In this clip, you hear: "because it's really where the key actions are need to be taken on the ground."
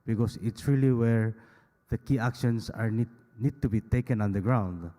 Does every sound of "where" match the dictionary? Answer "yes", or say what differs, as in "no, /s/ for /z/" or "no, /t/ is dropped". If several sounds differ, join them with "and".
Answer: yes